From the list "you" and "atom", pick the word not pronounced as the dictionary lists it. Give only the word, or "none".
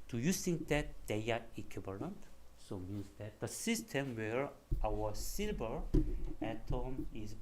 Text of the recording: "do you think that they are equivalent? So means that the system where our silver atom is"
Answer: none